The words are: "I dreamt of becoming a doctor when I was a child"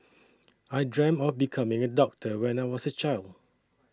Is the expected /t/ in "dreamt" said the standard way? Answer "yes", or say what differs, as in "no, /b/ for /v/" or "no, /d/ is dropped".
no, /t/ is dropped